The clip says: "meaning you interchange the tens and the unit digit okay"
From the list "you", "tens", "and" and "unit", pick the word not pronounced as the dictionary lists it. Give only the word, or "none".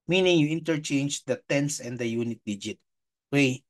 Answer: tens